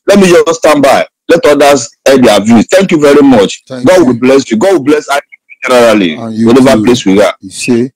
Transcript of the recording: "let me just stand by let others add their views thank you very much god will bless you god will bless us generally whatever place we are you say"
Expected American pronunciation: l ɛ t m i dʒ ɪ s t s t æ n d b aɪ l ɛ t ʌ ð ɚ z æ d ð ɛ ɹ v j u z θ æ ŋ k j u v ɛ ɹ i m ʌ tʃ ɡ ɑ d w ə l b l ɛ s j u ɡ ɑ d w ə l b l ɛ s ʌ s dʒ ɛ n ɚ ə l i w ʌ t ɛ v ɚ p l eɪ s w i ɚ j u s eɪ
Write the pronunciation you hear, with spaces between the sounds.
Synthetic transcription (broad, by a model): l ɛ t m i dʒ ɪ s s t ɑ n b aɪ l ɛ t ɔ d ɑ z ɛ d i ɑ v j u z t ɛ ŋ k j u v ɛ ɹ i m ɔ tʃ ɡ ɑ d w ə l b l ɛ s j u ɡ ɑ d w ə l b l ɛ s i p dʒ ɛ n ɚ ə l i w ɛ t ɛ v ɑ p l eɪ s w i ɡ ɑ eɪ